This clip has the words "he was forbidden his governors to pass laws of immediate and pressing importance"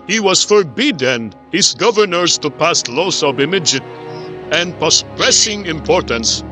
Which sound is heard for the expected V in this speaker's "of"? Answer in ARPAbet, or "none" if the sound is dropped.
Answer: B